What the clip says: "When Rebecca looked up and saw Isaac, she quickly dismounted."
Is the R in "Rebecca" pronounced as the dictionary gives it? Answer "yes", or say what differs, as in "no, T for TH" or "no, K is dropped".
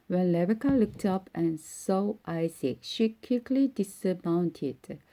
no, L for R